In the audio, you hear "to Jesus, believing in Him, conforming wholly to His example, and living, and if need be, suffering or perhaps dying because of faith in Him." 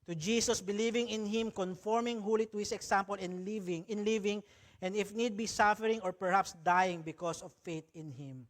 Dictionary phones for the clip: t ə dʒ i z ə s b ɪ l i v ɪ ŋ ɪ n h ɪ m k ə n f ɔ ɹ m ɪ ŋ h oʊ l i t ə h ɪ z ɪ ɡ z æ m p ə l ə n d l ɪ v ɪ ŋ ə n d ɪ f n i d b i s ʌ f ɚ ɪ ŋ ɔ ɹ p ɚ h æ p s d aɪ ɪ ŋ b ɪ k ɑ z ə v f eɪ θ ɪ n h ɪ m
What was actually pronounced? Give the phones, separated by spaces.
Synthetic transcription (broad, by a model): t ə dʒ i s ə s b ɪ l i v ɪ ŋ ɪ n h ɪ m k ə n f ɔ ɹ m ɪ ŋ h oʊ l i t ə h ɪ s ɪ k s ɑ m p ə l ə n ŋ l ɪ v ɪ ŋ ə n d ɪ f n i d b i s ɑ f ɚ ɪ ŋ ɔ ɹ p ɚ h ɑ p s d aɪ ɪ ŋ b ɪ k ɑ s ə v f eɪ t ɪ n h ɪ m